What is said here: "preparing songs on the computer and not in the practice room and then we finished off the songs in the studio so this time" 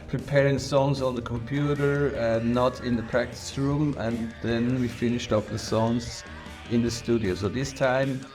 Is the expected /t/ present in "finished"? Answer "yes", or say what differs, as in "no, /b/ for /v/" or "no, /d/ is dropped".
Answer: yes